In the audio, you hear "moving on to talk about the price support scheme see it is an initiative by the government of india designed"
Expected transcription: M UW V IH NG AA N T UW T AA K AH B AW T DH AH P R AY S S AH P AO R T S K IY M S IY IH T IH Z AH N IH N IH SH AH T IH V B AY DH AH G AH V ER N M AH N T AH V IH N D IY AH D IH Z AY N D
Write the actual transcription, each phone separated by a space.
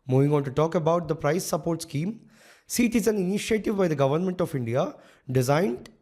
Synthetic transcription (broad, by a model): M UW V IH NG AA N T UW T AA K AH B AW T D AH P R AY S S AH P AO R T S K IY M S IY T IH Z AH N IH N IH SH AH T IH V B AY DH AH G AH V ER N M AH N T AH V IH N D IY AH D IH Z AY N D